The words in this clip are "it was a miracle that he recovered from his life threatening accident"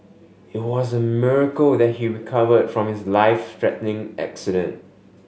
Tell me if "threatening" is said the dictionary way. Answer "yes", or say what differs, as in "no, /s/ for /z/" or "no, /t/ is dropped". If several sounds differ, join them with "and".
no, /t/ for /θ/